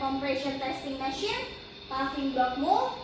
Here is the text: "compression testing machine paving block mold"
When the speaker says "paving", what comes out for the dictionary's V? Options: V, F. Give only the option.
F